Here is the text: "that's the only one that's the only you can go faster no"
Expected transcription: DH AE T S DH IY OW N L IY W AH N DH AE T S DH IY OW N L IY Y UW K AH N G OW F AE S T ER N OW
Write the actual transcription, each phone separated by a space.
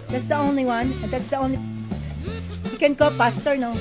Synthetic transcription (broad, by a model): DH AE T S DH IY OW N L IY W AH N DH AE T S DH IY OW N L IY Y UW K AH N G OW P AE S T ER N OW